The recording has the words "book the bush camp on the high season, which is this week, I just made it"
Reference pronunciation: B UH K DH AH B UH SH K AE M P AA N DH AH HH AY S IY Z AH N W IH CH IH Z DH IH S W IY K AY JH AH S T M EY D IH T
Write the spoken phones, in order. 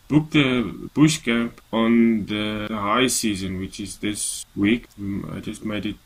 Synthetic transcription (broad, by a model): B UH K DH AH B UH SH K AE M P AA N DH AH HH AY S IY Z AH N W IH CH IH Z DH IH S W IY K AY JH AH S T M EY D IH T